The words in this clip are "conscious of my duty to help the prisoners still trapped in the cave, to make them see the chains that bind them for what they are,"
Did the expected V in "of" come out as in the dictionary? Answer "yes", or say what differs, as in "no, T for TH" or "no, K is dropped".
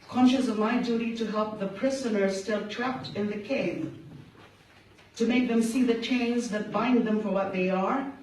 yes